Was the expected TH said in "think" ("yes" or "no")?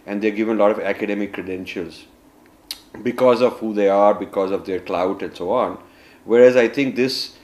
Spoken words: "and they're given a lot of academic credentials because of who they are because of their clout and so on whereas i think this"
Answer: no